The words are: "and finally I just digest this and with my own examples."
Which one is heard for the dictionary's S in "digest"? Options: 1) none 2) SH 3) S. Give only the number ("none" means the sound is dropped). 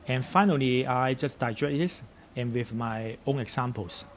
1